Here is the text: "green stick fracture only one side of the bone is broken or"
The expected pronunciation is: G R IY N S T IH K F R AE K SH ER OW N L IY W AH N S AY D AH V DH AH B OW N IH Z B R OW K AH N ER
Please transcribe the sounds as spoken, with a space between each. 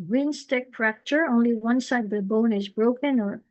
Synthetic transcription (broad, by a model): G R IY N S T IH K P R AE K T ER OW N L IY W AH N S AY D AH V DH AH B OW N IH Z B R OW K AH N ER